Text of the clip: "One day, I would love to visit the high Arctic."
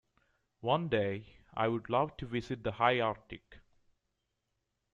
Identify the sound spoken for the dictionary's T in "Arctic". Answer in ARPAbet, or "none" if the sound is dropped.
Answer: T